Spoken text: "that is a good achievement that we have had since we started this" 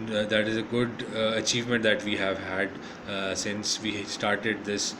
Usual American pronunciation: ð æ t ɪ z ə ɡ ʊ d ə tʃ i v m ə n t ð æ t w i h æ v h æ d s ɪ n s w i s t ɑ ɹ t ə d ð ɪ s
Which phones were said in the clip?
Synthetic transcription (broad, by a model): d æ t ɪ z ə ɡ ʊ d ə tʃ i v m ə n t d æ t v i h æ v h æ d s ɪ n s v i s t ɑ ɹ t ə d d ɪ s